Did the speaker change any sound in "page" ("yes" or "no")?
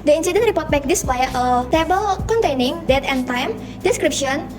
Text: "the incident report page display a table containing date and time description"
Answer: yes